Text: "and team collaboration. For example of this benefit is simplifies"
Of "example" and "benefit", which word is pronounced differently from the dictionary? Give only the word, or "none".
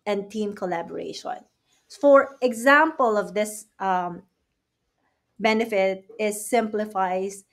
none